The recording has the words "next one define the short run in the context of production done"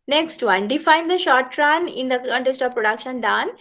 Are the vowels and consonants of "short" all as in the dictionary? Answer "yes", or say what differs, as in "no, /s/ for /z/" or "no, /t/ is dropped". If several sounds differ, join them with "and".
yes